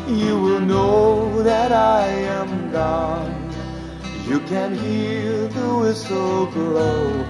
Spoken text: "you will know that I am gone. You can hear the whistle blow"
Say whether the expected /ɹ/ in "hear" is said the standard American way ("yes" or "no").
no